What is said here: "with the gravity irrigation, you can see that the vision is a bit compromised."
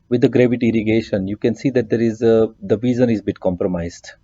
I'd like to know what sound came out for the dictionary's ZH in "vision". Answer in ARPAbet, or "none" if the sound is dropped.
Z